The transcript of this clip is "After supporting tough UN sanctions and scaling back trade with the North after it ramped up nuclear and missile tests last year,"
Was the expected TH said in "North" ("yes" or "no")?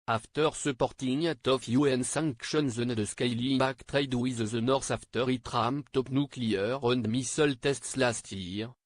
no